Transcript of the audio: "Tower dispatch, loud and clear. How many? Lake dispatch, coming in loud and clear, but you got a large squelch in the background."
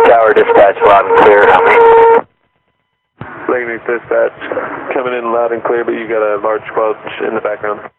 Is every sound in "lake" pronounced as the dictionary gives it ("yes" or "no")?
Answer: no